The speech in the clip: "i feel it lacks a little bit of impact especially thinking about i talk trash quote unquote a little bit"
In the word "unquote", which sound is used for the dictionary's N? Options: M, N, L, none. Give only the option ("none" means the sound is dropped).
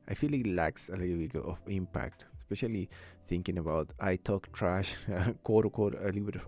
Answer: none